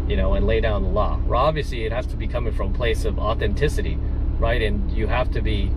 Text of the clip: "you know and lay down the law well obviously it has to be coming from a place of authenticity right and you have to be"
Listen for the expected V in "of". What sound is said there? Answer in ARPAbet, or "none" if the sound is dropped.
V